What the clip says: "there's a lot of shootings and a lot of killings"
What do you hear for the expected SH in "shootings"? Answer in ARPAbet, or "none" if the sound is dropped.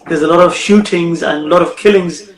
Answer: SH